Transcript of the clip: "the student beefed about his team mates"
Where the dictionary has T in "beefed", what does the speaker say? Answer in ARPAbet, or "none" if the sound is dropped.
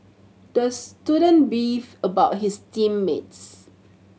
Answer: none